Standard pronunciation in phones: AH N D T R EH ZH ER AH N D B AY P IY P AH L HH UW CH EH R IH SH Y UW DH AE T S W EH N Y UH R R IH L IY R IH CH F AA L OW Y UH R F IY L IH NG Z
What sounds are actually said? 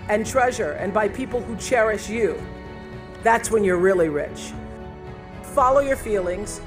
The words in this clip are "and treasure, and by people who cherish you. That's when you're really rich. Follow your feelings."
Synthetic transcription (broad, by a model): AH N T R EH ZH ER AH N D B AY P IY P L HH UW CH EH R IH SH Y UW DH AE T S W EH N Y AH R R IH L IY R IH CH F AA L OW Y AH R F IY L IH NG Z